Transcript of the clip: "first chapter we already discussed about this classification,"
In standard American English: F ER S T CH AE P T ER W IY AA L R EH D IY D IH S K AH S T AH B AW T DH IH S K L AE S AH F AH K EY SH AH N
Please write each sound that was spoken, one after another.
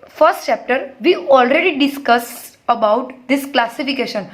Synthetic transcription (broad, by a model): F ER S T CH AE P T ER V IY AA L R EH D IY D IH S K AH S AH B AW T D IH S K L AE S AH F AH K EY SH AH N